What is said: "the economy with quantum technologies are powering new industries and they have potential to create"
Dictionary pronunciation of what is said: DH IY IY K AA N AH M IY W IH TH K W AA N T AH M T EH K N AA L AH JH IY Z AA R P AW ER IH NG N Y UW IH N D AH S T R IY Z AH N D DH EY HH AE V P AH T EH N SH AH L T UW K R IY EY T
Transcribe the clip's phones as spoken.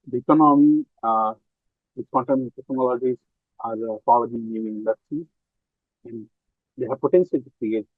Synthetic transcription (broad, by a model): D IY IY K AA N AH M IY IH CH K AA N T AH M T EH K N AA L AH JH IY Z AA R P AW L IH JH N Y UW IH N D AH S T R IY AH N D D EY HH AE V P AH T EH N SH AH L T UW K R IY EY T